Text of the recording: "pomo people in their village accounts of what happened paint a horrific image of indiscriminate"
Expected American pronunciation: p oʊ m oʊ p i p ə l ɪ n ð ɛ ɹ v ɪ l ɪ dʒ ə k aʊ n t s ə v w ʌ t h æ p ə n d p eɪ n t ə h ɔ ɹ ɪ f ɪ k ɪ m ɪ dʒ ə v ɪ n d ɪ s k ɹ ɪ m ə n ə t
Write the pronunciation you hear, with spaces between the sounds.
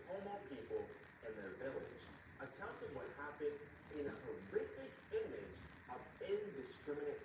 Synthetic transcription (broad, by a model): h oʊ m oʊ p i p l ɪ n ð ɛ ɹ v ɪ l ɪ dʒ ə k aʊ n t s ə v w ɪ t h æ p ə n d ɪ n ə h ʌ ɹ ɪ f ɪ k ɪ m ɪ dʒ ə v ɪ n d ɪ s k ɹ ɪ m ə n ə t